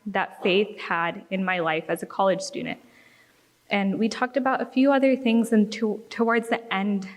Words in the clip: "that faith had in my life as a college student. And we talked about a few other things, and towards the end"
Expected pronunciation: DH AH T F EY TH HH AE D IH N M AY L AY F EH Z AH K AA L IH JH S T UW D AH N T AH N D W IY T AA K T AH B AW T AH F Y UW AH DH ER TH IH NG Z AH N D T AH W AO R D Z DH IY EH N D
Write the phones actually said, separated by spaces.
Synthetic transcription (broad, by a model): DH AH T F EY TH HH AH D IH N M AY L AY F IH Z AH K AA L IH JH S T UW D N T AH N W IY T AA K T AH B AW T AH F Y UW AH DH ER TH IH NG Z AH N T T AH W AO R D Z DH IY EH N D